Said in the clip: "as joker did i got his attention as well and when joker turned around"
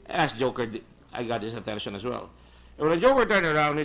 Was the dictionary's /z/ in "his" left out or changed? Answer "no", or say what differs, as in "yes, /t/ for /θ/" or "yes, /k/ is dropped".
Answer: yes, /s/ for /z/